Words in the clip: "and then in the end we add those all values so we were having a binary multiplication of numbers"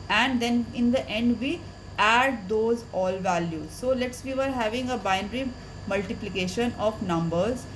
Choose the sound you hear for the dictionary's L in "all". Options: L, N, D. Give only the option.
L